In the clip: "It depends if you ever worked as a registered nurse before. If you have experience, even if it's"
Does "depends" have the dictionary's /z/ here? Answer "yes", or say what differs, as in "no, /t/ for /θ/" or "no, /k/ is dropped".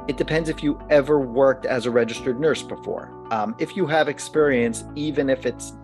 yes